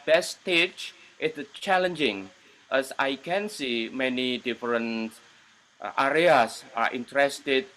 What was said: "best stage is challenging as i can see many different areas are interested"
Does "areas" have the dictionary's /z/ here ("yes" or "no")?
no